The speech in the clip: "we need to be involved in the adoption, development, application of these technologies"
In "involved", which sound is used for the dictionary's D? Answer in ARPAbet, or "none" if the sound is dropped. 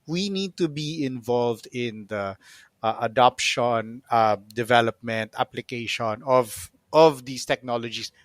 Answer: D